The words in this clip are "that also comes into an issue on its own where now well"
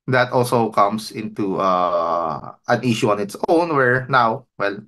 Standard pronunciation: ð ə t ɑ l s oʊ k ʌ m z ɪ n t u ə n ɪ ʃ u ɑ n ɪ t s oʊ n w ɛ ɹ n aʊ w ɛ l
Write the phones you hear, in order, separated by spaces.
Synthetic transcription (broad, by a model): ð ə t ɑ l s oʊ k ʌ m s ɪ n t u ə n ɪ ʃ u ɑ n ɪ t s oʊ n w ɛ ɹ n aʊ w ɛ l